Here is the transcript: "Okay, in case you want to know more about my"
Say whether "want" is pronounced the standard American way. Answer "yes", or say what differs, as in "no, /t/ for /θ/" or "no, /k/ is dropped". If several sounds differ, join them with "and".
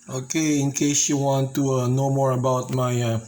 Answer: yes